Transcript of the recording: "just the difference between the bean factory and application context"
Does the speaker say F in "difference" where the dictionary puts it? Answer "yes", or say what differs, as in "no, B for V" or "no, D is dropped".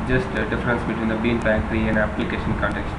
yes